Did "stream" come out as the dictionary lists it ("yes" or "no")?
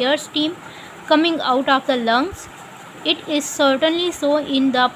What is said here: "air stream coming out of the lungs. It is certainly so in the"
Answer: no